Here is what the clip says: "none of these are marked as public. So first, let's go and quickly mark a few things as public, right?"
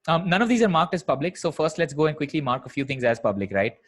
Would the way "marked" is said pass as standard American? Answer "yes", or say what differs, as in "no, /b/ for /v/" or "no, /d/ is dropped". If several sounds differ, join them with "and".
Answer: yes